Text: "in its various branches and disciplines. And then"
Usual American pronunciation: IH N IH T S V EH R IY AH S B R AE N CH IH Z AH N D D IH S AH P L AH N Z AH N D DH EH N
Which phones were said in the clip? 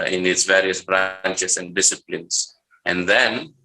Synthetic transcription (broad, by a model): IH N IH T S V EH R IY AH S B R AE N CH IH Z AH N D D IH S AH P L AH N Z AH N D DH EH N